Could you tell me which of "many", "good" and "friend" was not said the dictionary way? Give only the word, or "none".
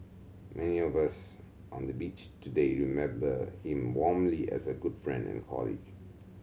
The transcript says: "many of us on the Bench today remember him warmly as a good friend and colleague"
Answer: none